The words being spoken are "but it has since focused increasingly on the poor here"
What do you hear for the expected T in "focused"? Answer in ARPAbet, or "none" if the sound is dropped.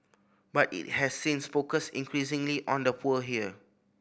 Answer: none